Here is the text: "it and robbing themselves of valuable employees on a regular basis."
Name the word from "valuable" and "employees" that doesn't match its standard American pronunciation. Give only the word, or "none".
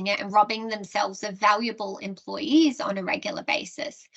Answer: none